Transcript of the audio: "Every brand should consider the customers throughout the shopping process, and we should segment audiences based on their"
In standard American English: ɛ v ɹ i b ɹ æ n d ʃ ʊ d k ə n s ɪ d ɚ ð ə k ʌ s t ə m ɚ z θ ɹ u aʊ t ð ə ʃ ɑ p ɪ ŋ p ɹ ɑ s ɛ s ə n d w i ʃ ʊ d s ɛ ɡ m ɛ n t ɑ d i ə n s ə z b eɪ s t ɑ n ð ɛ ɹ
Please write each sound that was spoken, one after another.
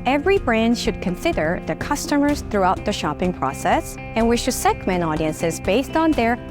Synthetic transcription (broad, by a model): ɛ v ɹ i b ɹ æ n d ʃ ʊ d k ə n s ɪ d ɚ ð ə k ʌ s t ə m ɚ z θ ɹ u aʊ t ð ə ʃ ɑ p ɪ ŋ p ɹ ɑ s ɛ s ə n w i ʃ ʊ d s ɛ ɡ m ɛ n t ɑ d i ə n s ə z b eɪ s t n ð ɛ ɹ